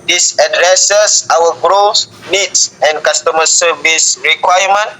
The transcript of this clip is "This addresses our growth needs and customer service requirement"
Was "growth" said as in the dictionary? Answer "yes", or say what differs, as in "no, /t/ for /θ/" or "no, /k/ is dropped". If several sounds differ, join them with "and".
no, /s/ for /θ/